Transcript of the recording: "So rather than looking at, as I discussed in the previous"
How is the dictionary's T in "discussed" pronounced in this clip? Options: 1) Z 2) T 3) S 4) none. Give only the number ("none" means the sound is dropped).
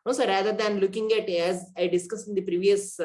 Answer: 4